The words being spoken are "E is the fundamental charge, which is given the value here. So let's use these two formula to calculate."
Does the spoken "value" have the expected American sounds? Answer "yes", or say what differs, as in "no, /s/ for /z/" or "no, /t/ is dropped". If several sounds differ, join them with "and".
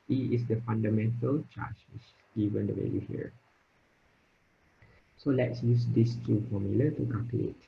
no, /w/ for /v/ and /l/ is dropped